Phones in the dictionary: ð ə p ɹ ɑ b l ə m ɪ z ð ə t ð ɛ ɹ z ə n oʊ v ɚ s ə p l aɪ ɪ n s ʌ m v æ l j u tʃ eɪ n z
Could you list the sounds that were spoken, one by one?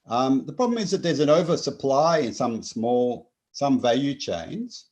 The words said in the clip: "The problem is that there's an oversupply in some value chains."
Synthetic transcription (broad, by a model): ð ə p ɹ ɑ b l ə m ɪ z ð ə t ð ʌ ɹ z ə n oʊ v ɚ s ə p l aɪ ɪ n s ʌ m v æ l j u tʃ eɪ n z